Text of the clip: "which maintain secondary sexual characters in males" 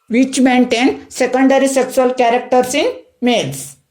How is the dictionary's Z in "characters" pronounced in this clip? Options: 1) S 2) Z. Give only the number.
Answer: 1